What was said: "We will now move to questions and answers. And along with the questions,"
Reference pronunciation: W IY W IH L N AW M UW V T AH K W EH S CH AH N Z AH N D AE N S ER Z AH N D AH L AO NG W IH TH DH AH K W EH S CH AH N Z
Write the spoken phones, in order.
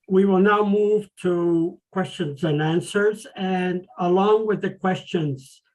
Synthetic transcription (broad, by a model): W IY W IH L N AW M UW V T AH K W EH S CH AH N Z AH N AE N S ER Z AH N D AH L AO NG W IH DH AH K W EH S CH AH N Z